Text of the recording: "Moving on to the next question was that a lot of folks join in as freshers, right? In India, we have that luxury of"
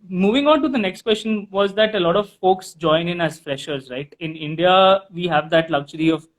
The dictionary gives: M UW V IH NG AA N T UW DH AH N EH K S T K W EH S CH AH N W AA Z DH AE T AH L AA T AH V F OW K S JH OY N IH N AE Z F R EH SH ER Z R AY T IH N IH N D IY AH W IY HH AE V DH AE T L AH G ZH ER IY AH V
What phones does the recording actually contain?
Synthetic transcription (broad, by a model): M UW V IH NG AA N T UW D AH N EH K S T K W EH S CH AH N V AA Z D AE T AH L AA T AH V F OW K S JH OY N IH N AE Z F R EH SH ER Z R AY T IH N IH N D IY AH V IY HH AE V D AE T L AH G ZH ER IY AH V